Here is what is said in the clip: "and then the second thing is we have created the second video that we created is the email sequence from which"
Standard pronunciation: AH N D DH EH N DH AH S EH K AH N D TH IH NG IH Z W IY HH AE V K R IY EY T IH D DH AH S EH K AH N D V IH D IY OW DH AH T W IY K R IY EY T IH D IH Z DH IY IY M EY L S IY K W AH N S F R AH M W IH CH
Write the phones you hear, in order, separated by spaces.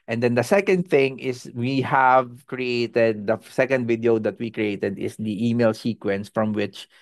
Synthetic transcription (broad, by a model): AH N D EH N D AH S EH K AH N D TH IH NG IH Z W IY HH AE V K R IY EY T IH D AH S EH K AH N D V IH D IY OW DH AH T W IY K R IY EY T IH D IH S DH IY IY M EY L S IY K W AH N S F R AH M W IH CH